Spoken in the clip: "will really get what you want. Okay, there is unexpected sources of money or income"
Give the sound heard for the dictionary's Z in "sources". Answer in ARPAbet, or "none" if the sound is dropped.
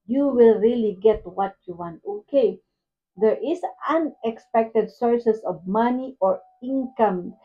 S